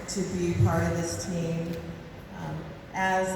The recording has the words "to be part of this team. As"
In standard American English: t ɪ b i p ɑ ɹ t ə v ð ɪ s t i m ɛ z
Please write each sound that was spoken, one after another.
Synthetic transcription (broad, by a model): t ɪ b i p ɑ ɹ t ə v ð ɪ s t i m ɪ z